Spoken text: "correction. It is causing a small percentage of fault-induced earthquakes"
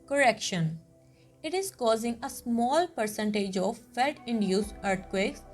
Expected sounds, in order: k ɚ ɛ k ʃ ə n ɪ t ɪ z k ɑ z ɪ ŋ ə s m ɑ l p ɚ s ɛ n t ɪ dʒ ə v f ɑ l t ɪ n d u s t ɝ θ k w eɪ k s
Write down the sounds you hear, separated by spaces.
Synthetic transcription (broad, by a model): k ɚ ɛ k ʃ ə n ɪ t ɪ z k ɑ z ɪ ŋ ə s m ɑ l p ɚ s ɛ n t ɪ dʒ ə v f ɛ t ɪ n d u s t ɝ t k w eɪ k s